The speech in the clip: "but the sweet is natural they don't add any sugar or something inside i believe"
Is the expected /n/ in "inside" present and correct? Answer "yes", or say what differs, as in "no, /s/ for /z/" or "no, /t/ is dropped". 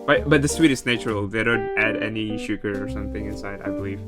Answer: yes